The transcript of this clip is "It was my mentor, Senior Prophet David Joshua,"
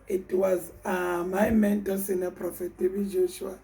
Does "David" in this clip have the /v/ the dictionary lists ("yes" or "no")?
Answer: no